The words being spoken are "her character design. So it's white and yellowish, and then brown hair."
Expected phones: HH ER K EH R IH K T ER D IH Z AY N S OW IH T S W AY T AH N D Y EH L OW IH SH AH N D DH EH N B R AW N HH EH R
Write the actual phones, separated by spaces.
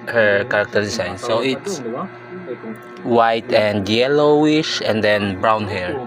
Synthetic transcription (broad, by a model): HH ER K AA R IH K T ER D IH S AY N S OW IH T S W AY T AH N D Y EH L OW IH SH AH N D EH N B R AW N HH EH R